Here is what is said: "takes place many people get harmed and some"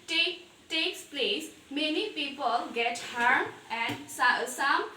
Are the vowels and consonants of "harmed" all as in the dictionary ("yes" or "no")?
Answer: no